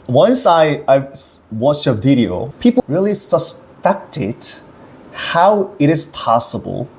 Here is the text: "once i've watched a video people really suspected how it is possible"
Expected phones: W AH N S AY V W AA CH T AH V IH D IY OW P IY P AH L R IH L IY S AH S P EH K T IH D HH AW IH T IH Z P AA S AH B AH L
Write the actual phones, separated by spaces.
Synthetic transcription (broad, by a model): W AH N S AY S W AA CH T AH V IH D IY OW P IY P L R IH L IY S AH S P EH K T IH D HH AW IH T IH Z P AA S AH B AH L